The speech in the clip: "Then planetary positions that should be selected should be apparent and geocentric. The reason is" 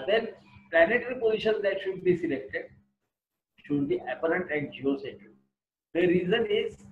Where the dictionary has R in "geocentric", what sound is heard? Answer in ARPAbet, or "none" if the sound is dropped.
none